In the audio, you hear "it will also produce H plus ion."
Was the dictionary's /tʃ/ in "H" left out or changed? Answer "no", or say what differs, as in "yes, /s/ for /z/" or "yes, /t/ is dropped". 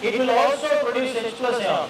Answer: yes, /s/ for /tʃ/